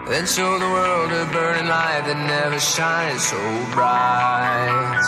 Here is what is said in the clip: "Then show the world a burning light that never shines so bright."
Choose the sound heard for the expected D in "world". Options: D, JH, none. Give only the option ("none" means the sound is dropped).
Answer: D